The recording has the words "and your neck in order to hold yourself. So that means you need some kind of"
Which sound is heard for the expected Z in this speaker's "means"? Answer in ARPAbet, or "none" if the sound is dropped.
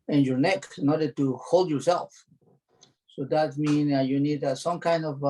none